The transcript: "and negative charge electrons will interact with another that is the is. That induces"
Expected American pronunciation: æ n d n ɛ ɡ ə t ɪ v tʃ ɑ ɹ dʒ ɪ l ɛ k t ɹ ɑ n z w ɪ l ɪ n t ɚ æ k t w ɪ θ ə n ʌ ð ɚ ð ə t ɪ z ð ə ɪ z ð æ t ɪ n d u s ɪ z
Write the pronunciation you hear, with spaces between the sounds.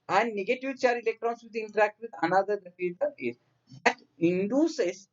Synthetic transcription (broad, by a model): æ n d n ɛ ɡ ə t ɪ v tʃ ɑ ɹ ɪ l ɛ k t ɹ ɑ n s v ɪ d ɪ n t ɚ æ k t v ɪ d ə n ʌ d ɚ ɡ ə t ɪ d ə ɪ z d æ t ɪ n d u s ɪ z